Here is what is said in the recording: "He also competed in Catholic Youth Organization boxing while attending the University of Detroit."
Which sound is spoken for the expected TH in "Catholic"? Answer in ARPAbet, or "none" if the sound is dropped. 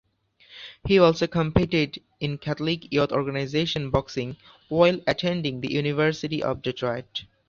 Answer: T